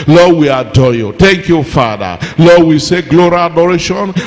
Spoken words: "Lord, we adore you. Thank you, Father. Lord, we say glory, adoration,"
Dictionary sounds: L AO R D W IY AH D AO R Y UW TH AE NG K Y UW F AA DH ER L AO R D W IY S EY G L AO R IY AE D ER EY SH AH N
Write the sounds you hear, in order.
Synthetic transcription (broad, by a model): L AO W IY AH D AO Y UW T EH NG K Y UW F AA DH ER L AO W IY S EY G L AO R IY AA D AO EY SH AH N